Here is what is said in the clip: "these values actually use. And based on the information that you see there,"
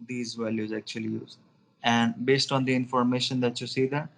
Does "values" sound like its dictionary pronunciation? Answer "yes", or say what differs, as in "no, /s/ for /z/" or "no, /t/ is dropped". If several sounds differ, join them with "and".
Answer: yes